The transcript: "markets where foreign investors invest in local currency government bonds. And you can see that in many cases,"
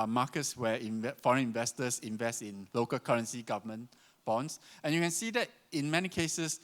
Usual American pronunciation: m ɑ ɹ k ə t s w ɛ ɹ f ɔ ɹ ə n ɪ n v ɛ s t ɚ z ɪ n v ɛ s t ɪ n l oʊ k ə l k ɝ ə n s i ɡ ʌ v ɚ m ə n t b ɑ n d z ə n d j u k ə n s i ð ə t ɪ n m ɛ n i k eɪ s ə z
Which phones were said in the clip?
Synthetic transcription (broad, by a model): m ɑ k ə t s w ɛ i f ɔ ɹ ə n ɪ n v ɛ s t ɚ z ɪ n v ɛ s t ɪ n l oʊ k ə l k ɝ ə n s i ɡ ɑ v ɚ m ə n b ɑ n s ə n j u k ə n s i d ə t ɪ n m ɛ n i k eɪ s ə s